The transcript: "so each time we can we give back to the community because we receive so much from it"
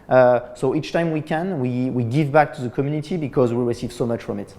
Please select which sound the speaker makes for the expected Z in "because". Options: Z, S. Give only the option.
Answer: Z